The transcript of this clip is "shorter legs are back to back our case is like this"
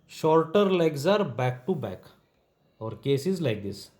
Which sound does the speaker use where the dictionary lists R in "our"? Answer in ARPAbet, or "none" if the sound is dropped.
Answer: R